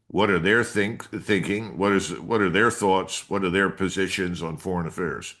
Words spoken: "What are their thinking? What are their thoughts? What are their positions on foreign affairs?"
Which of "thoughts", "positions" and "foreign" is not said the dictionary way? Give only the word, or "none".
none